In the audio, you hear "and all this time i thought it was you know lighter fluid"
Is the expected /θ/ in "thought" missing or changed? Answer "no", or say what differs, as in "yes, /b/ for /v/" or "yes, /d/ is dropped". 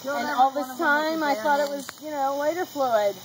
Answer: no